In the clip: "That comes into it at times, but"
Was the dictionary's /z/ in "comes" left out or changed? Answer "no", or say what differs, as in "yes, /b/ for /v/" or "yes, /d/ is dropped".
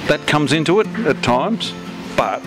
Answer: no